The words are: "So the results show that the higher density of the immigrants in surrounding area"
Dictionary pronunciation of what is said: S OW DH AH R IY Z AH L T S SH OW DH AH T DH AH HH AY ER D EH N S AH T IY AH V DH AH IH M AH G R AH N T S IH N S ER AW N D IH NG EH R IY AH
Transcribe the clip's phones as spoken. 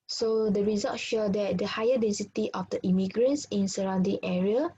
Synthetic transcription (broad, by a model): S OW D AH R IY Z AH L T SH OW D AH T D AH HH AY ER D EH N S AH T IY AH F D AH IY M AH G R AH N S IH N S ER AW N D IH NG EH R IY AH